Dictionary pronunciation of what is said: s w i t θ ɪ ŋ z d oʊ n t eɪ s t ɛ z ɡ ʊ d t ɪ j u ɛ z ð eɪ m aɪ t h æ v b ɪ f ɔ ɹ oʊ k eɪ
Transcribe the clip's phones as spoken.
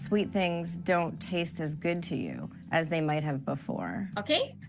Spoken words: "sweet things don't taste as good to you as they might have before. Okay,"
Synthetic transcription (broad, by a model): s w i t θ ɪ ŋ z d oʊ n t eɪ s t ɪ z ɡ ʊ d t ɪ j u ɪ z ð eɪ m aɪ t h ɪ v b ɪ f ɔ ɹ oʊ k eɪ